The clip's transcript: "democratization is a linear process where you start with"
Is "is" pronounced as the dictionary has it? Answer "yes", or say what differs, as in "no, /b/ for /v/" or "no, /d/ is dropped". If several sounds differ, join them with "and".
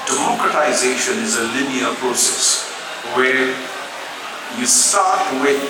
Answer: yes